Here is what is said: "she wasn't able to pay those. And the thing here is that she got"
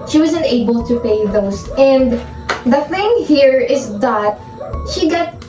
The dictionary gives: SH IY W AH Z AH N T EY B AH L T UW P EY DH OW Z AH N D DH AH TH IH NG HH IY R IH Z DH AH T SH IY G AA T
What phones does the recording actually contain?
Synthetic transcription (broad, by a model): SH IY W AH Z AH N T EY B AH L T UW P EY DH OW S AH N D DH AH TH IH NG HH IY R IH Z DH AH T SH IY G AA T